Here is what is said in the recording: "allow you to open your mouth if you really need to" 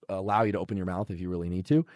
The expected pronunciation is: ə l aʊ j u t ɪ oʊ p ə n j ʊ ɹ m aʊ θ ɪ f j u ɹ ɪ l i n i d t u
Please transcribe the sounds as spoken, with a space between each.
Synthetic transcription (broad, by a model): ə l aʊ j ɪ t ɪ oʊ p ə n j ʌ ɹ m aʊ θ ɪ f j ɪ ɹ ɪ l i n i d t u